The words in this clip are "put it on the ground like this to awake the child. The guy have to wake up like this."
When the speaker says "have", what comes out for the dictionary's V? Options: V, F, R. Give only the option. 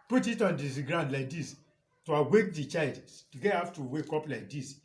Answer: F